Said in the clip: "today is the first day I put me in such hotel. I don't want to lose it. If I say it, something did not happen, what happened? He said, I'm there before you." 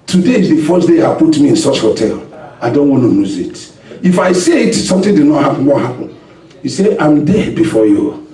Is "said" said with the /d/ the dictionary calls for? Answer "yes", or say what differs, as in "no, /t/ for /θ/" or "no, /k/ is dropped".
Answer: no, /d/ is dropped